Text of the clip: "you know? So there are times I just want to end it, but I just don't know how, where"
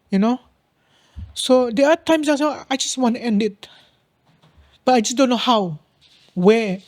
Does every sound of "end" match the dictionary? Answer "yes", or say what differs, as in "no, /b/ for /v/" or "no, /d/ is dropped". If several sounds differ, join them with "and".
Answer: yes